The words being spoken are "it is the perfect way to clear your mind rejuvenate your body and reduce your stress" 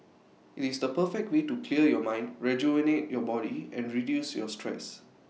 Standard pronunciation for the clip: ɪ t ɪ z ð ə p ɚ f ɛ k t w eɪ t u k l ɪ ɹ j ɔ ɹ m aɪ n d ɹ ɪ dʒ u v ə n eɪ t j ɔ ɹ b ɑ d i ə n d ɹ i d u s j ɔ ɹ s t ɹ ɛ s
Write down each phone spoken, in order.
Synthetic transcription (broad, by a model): ɪ t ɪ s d ə p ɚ f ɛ k t w eɪ t u k l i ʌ j ɔ m aɪ n d ɹ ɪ dʒ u ə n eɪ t j ɔ b ɑ d i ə n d ɹ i d u s j ɔ s t ɹ ɛ s